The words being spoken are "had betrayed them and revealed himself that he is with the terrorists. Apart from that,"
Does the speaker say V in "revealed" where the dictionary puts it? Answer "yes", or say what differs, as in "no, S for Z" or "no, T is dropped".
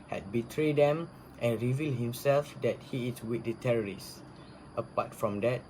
yes